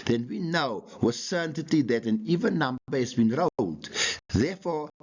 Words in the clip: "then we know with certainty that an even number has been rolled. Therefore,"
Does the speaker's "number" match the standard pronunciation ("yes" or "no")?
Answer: no